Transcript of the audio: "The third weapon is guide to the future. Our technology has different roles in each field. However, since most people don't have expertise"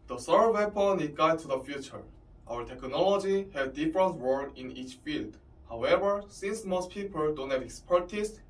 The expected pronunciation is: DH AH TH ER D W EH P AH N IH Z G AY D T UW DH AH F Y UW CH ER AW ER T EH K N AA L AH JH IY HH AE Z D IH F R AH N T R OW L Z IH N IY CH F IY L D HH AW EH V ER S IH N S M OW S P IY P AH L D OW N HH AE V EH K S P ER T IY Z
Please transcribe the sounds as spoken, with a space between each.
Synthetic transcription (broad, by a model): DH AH S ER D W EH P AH N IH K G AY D T UW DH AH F Y UW CH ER AW ER T EH K N AA L AH JH IY HH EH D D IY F R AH N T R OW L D IH N IY CH F IY L D HH AW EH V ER S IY N S M OW S P IY P AH L D OW N HH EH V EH K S P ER T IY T